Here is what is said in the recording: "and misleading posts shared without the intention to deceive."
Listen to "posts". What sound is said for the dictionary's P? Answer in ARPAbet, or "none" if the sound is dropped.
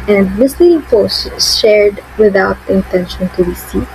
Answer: F